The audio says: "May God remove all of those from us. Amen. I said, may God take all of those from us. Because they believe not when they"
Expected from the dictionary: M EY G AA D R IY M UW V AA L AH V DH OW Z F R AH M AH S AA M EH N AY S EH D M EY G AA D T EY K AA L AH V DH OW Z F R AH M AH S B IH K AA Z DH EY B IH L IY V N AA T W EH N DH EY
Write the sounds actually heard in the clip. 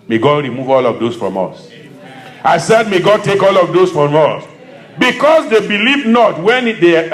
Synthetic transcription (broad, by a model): M EY G AA D R IY M UW V AA L AH V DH OW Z F R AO M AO S AA IH S EH D M EY G AA D T EY K AA L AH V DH OW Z F R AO M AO S B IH K AA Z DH EY B IH L IY V N AA T W EH N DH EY